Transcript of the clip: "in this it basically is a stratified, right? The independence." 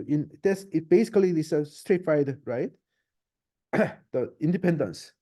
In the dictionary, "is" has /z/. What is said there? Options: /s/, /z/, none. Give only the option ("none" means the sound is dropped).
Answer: /s/